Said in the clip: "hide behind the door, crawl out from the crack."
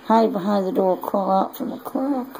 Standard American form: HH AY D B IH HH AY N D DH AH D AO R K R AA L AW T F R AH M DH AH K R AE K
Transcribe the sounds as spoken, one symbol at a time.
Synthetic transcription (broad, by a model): HH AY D B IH HH AY N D DH AH D AO R K AA L AW T F R AH M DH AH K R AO